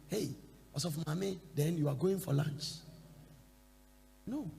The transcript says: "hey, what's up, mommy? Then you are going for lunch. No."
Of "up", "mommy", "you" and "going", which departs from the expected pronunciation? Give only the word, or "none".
up